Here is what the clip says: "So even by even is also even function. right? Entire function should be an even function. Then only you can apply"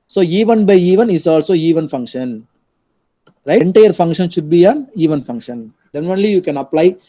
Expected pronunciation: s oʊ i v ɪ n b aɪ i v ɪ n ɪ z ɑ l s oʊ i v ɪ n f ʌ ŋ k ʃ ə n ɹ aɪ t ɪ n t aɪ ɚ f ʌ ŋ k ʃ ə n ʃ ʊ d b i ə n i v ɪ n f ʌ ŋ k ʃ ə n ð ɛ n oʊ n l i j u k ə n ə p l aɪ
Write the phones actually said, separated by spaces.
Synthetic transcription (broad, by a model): s oʊ i v ɪ n b aɪ i v ɪ n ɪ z ɑ l s oʊ i v ɪ n f ʌ ŋ k ʃ ə n ɹ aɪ ɪ n t aɪ ɚ f ʌ ŋ k ʃ ə n ʃ ʊ d b i ə n i v ɪ n f ʌ ŋ k ʃ ə n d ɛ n oʊ n l i j u k ə n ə p l aɪ